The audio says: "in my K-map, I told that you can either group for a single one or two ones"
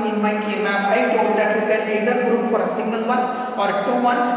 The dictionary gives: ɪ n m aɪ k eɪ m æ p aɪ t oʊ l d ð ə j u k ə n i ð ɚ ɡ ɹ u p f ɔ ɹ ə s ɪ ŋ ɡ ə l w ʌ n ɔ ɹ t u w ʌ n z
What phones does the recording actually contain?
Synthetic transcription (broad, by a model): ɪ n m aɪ k eɪ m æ b aɪ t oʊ d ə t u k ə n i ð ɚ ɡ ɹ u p f ɔ ɹ ə s ɪ ŋ ɡ ə l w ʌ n ɔ ɹ t u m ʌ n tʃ